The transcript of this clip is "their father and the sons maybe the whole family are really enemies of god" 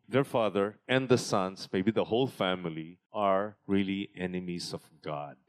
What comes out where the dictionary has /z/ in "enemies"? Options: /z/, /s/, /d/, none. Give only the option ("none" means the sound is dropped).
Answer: /s/